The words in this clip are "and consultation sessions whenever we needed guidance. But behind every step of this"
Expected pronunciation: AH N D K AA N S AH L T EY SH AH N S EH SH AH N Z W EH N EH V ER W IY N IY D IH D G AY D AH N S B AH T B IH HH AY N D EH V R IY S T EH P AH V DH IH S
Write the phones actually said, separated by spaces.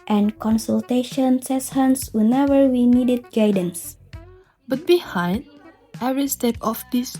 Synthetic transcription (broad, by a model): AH N K AA N S AH L T EY SH AH N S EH S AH N S W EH N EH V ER W IY N IY D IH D G AY D AH N S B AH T B IH HH AY N D EH V R IY S T EH P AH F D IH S